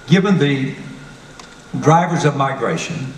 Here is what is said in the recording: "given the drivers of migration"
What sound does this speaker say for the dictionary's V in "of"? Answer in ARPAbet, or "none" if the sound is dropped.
V